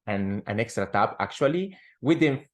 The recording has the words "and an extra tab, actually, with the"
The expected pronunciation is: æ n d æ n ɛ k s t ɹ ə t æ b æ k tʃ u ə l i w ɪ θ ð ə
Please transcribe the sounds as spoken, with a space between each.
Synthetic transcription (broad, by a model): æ n æ n ɛ k s t ɹ ə t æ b æ k tʃ u ə l i w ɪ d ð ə